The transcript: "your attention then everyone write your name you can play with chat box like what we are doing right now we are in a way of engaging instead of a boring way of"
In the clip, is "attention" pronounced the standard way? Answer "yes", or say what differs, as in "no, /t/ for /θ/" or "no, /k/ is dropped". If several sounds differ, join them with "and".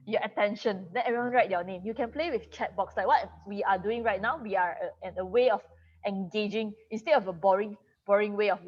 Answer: yes